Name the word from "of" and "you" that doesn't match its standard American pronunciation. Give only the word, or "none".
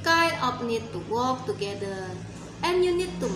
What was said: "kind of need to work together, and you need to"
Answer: of